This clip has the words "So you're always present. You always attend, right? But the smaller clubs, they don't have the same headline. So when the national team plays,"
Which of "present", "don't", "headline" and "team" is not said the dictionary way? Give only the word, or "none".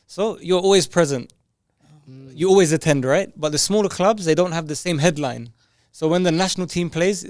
none